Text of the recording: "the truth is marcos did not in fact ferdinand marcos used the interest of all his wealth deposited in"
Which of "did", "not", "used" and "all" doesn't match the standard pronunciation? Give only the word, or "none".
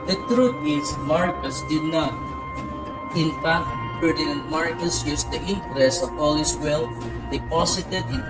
used